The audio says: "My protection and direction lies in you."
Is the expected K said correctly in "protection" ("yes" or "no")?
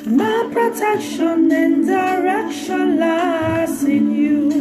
yes